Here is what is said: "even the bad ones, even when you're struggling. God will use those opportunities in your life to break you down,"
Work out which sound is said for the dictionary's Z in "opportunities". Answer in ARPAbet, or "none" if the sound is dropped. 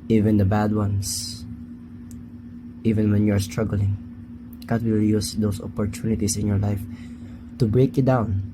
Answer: S